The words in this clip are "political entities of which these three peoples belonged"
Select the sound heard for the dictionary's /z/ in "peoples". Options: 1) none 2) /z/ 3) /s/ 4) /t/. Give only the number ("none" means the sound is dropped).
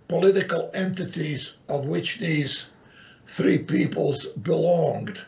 2